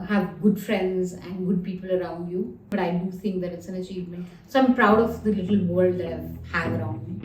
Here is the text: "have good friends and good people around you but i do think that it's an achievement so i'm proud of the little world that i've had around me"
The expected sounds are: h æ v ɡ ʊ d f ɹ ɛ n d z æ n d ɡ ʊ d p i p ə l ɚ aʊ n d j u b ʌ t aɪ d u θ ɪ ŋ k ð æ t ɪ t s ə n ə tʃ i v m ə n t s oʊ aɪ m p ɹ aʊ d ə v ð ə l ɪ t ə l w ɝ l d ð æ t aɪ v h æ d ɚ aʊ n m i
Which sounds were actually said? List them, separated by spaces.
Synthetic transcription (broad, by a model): h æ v ɡ ʊ d f ɹ ɛ n d z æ n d ɡ ʊ d p i p ə l ɚ aʊ n d j u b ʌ t aɪ d u t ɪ ŋ k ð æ t ɪ t s ə n ə tʃ i v m ə n t s oʊ aɪ m p ɹ aʊ d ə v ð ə l ɪ t ə l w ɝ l d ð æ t aɪ v h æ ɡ ɚ aʊ n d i